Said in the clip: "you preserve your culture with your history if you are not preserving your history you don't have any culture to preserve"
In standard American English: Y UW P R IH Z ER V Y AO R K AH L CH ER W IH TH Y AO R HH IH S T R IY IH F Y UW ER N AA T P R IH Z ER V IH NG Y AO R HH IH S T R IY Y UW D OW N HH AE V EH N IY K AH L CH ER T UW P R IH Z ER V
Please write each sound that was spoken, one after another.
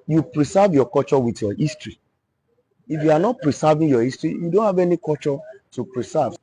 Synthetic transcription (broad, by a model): Y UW P R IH S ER V Y AO K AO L CH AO W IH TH Y AO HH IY S T R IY IH F Y UW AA N AA T P R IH S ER V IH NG Y AO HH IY S T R IY Y UW D OW N HH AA V EH N IY K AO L CH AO T UW P R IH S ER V